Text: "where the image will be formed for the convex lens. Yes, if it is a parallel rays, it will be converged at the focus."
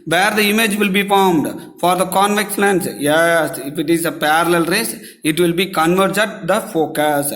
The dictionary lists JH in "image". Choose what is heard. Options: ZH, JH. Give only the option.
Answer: JH